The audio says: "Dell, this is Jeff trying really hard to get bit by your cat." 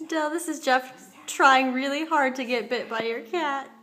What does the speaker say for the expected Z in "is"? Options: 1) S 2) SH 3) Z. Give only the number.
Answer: 3